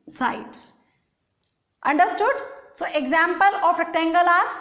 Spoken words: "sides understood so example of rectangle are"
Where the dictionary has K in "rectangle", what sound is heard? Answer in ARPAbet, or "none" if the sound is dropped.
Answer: none